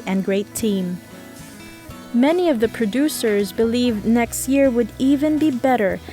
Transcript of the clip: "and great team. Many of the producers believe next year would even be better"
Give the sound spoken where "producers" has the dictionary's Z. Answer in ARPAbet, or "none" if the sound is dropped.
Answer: Z